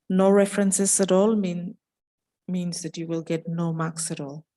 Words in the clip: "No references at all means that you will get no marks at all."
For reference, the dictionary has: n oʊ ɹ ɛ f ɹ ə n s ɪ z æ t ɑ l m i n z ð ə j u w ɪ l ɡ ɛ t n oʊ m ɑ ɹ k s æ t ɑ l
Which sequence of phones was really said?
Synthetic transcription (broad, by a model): n oʊ ɹ ɛ f ɹ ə n s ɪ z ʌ t ɑ l m i n z ð ə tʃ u w ɪ l ɡ ɛ t n oʊ m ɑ k s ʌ t ɑ l